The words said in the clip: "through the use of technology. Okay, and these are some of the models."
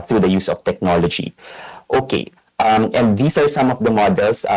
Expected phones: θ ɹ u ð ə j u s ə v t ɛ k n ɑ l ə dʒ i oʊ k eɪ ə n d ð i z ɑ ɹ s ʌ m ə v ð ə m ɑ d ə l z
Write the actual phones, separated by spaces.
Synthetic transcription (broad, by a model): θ ɹ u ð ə j u s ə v t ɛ k n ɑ l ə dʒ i oʊ k eɪ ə n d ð i s ɑ ɹ s ʌ m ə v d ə m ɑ d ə l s